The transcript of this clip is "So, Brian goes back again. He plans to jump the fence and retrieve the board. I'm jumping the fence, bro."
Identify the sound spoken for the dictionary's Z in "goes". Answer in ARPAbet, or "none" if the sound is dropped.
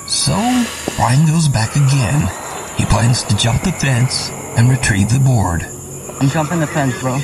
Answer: Z